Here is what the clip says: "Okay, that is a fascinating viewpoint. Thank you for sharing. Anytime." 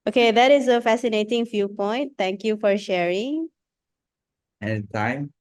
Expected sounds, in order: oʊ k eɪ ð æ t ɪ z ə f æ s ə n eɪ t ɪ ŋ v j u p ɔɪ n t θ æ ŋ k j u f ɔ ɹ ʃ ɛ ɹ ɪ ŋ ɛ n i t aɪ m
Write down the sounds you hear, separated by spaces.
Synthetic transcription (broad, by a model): oʊ k eɪ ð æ t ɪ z ə f æ s ə n eɪ t ɪ ŋ f j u p ɔɪ n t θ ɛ ŋ k j u f ɔ ɹ ʃ ɛ ɹ ɪ ŋ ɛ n t aɪ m